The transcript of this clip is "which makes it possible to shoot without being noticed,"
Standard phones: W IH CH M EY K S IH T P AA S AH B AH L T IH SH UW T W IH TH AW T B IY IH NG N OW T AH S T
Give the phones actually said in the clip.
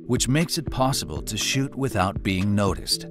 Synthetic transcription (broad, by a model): W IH CH M EY K S IH T P AA S AH B AH L T IH SH UW T W IH TH AW T B IY IH NG N OW T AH S T